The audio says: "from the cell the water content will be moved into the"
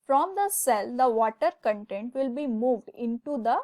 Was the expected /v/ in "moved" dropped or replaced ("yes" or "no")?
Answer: no